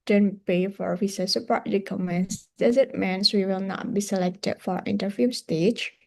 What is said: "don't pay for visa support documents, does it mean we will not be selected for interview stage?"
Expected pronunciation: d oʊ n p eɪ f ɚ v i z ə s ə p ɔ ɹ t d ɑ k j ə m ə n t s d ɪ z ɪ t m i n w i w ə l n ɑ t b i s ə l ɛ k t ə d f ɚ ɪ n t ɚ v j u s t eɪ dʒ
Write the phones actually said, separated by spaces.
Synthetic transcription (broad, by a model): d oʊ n p eɪ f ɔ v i s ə s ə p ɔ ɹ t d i k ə m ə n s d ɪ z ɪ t m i n w i w ə l n ɑ t b i s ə l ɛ k t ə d f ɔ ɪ n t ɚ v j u s t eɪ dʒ